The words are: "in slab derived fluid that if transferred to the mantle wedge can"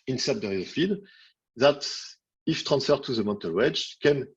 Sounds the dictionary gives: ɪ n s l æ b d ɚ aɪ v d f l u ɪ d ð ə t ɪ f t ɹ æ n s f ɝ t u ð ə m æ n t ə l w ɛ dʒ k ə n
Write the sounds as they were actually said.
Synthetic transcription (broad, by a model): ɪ n s æ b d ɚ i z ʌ f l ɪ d ð ə t ɪ f t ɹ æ n s f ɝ t u ð ə m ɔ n t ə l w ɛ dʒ k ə n